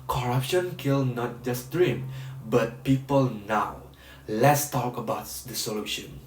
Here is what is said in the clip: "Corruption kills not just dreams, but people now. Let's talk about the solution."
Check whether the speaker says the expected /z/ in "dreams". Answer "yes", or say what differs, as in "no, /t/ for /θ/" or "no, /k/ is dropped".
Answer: no, /z/ is dropped